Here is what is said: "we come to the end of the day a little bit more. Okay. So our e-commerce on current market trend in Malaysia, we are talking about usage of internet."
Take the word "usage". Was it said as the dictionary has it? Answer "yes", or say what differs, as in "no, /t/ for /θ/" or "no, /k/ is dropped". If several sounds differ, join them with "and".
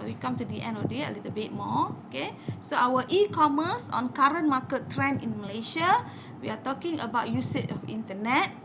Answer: no, /tʃ/ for /dʒ/